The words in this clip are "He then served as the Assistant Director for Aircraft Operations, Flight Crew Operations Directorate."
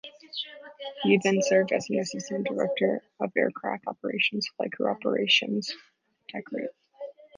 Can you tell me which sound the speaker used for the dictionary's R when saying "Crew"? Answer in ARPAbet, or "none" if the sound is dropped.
none